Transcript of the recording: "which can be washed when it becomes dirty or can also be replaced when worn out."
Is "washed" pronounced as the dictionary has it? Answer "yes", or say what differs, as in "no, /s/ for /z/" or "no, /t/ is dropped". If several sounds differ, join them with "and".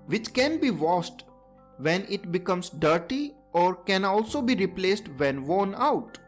no, /s/ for /ʃ/